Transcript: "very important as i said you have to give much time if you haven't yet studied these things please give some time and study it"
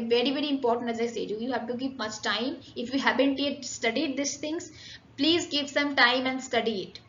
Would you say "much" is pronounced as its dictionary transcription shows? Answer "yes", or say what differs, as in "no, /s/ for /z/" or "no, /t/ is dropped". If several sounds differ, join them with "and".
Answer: yes